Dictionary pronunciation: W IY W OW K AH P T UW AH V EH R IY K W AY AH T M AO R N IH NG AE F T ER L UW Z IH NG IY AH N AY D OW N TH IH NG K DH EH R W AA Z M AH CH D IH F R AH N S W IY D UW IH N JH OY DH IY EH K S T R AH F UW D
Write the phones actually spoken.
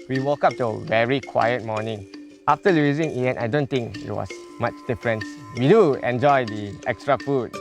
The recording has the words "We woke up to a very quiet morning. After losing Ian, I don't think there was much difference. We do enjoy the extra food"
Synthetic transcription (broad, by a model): W IY W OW K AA P T UW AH V EH R IY K W AY AH T M AO N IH NG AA F T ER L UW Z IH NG IY AH N AY D OW N T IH NG K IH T W AA S M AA CH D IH F R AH N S W IY D UW IH N JH OY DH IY EH K S T R AH F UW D